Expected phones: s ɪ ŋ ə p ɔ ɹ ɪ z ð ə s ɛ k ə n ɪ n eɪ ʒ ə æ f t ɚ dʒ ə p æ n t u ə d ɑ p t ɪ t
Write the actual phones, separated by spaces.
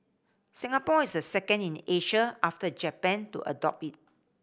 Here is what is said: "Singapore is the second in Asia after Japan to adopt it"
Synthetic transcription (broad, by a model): s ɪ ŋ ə p ɔ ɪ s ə s ɛ k ə n ɪ n eɪ ʃ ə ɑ f t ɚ dʒ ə p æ n t u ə d ɑ p ɪ t